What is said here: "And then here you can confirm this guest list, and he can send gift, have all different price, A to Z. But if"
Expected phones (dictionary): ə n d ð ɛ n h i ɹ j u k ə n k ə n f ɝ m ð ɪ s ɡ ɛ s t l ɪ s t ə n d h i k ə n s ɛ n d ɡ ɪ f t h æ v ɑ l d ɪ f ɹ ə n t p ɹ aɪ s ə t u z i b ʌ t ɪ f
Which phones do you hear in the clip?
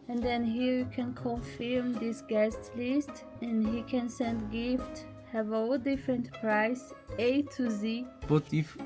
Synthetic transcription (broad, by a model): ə n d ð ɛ n h i ɹ j u k ə n k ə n f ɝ m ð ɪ s ɡ ɛ s t l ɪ s t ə n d h i k ə n s ɛ n d ɡ ɪ f t h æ v ɑ l d ɪ f ɹ ə n t p ɹ aɪ s ə t u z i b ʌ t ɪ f